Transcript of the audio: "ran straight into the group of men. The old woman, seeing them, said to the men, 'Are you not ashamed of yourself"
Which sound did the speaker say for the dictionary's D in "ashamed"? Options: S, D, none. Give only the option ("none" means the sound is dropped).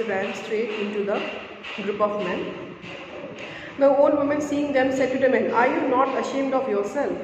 D